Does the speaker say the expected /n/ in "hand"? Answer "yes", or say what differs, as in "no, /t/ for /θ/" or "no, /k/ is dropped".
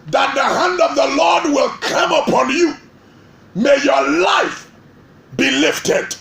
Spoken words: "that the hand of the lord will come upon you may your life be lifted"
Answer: yes